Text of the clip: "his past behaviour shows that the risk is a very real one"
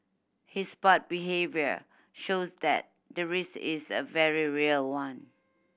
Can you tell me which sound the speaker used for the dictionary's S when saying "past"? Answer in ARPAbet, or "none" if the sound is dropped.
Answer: none